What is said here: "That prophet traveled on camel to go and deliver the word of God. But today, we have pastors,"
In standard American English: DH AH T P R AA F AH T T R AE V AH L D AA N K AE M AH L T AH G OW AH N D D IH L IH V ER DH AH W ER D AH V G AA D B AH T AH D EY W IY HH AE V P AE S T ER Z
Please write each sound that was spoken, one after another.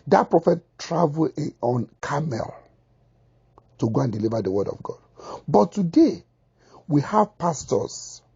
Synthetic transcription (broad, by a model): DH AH T P R AA F AH T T R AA V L AA N K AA M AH L T AH G OW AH N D D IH L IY V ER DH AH W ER D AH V G AA D B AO T AH D EY W IY HH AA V P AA S T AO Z